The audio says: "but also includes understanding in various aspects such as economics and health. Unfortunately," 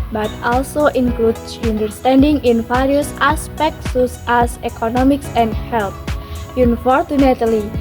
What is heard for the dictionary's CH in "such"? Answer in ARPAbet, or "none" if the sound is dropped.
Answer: S